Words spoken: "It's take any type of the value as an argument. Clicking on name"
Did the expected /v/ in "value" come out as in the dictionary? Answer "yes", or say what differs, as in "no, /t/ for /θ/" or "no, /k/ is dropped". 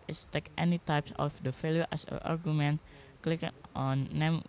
no, /f/ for /v/